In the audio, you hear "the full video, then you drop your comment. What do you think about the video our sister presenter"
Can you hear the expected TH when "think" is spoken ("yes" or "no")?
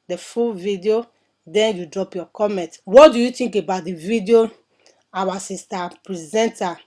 no